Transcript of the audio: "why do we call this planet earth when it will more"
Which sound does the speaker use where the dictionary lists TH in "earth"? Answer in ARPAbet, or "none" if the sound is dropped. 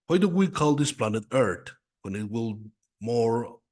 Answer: T